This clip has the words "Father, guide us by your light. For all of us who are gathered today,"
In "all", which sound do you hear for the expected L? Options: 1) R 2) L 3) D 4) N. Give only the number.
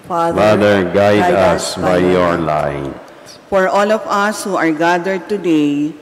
2